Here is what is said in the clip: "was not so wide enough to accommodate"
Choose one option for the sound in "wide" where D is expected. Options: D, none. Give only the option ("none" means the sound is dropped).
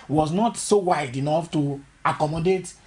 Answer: D